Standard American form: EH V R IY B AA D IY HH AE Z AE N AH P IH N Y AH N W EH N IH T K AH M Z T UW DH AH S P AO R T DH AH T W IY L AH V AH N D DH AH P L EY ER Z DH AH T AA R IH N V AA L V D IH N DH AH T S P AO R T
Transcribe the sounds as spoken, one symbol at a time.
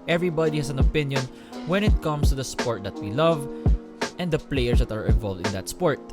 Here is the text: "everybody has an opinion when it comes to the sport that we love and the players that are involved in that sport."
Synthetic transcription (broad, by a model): EH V R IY B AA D IY HH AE S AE N AH P IH N Y AH N W EH N IH T K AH M S T UW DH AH S P AO R T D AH T W IY L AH V AH N D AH P L EY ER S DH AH T AA R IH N V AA L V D IH N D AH T S P AO R T